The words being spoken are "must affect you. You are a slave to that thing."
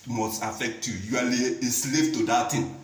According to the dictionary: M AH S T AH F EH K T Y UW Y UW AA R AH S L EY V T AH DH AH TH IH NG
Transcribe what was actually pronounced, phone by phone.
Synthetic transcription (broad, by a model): M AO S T AH F EH K T Y UW Y UW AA L AH S L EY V T AH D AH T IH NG